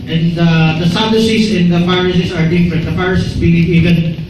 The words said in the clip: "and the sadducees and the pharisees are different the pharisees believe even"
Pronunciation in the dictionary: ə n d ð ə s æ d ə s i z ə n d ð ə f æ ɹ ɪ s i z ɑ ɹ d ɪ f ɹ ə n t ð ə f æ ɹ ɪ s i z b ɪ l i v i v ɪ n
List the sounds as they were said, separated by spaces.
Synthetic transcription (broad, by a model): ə n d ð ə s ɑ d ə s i s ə n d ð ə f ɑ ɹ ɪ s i s ɑ ɹ d ɪ f ɹ ə n t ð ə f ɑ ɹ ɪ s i s b ɪ l i v i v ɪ n